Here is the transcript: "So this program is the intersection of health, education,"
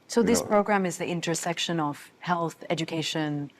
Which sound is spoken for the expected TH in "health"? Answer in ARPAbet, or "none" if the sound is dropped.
TH